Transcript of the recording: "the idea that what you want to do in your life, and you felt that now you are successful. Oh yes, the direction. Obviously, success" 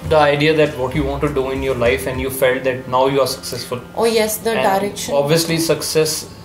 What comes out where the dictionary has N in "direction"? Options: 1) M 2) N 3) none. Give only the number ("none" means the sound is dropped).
3